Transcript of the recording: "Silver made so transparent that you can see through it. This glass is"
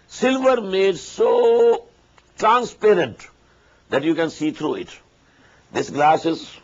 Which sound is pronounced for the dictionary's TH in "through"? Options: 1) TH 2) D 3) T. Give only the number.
3